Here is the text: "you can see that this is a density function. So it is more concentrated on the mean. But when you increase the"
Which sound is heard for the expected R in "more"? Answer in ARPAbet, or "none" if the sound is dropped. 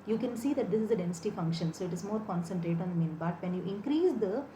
R